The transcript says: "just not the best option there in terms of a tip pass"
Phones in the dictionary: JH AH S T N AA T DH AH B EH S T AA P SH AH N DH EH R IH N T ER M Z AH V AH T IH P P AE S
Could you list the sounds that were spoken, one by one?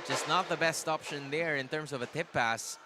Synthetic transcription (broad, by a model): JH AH S T N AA T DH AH B EH S T AA P SH AH N DH EH R IH N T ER M S AH V AH T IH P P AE S